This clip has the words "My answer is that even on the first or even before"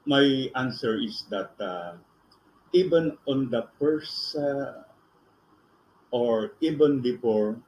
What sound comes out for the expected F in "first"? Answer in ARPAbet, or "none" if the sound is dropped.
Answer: P